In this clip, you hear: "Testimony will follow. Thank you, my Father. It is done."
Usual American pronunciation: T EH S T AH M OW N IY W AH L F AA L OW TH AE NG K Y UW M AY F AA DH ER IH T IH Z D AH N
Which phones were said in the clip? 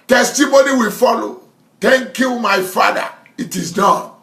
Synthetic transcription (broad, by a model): T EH S T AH M OW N IY W AH L F AA L OW T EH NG K Y UW M AY F AA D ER IH T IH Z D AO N